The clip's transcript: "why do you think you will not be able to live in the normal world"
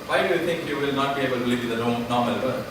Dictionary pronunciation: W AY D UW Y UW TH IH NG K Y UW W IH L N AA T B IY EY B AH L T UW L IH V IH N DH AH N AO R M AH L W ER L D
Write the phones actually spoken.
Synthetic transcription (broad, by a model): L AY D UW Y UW T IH NG K Y UW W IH L N AA T B IY EY B AH L T UW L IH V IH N N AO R M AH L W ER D